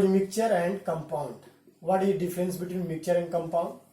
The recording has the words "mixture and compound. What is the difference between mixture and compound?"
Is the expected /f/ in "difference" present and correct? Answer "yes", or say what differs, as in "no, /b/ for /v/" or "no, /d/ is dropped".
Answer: no, /f/ is dropped